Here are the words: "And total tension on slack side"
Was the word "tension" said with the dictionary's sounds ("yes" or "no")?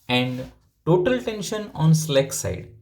yes